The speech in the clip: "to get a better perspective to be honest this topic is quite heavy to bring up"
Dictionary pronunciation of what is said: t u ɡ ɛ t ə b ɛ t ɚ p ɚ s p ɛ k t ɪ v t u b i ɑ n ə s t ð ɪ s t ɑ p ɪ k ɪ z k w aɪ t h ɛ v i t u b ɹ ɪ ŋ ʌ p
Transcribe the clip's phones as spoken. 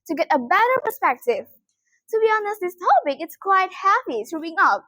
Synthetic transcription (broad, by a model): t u ɡ ɛ t ə b ɛ t ɚ p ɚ s p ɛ k t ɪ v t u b i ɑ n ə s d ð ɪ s t ɑ p ɪ k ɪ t k w aɪ t h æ p i t u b ɪ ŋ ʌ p